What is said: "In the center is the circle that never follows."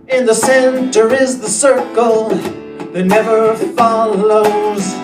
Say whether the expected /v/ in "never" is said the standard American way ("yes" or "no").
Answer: yes